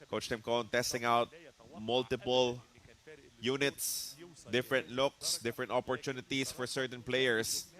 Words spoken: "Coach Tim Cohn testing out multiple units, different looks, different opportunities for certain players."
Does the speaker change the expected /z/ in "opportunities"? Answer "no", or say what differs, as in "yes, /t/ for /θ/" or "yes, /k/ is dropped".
yes, /s/ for /z/